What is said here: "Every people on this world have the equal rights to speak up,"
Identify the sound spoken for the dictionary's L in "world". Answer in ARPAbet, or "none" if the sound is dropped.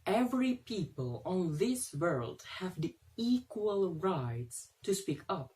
L